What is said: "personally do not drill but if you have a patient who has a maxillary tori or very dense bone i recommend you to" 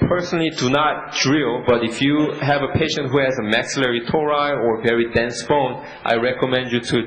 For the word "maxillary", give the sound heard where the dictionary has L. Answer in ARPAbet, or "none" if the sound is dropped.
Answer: L